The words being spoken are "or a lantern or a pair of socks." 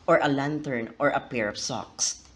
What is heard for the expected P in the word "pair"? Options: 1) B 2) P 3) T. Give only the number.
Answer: 2